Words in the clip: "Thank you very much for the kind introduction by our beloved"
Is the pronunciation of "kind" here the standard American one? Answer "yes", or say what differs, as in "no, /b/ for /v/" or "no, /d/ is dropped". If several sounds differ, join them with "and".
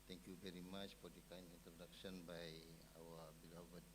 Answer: no, /d/ is dropped